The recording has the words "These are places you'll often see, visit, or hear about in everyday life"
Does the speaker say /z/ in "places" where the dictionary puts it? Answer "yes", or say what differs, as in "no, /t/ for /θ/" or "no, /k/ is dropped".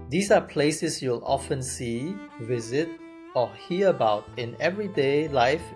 no, /s/ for /z/